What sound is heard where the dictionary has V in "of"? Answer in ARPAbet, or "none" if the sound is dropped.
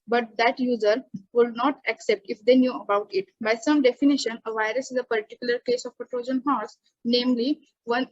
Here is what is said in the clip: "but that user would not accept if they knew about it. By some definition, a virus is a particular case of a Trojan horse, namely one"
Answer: P